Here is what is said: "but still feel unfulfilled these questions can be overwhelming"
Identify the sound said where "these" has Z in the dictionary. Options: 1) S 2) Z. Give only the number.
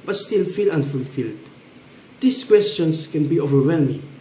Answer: 1